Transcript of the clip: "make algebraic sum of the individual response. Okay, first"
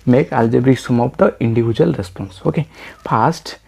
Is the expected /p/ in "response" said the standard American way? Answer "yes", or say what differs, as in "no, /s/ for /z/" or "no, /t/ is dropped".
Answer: yes